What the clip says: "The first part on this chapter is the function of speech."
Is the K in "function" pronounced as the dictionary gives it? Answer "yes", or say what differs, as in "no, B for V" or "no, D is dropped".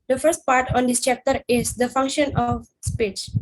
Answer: yes